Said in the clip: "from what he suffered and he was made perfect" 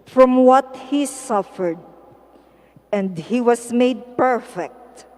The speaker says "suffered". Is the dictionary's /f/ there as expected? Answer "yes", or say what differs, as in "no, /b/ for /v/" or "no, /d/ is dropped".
yes